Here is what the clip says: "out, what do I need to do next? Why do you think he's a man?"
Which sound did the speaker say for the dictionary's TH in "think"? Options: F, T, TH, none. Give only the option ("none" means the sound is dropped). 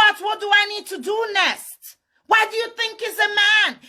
TH